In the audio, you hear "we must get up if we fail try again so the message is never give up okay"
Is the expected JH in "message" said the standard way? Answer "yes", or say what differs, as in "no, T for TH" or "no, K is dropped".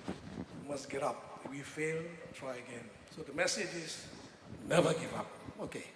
yes